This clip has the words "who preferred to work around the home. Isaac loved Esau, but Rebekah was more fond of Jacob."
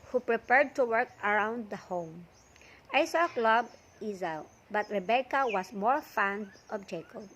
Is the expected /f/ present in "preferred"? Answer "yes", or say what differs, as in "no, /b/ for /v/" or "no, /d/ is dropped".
no, /p/ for /f/